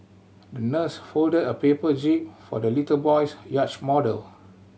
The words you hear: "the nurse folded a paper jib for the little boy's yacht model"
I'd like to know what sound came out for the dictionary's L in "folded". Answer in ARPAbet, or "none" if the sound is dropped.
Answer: L